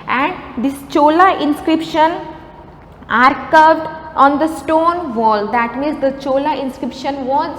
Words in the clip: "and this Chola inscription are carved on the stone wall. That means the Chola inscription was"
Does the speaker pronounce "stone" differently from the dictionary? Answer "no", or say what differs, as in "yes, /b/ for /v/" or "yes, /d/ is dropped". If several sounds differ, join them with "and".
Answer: no